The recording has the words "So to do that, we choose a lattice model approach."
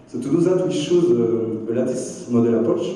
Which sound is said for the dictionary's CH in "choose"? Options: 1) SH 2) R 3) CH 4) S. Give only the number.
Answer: 1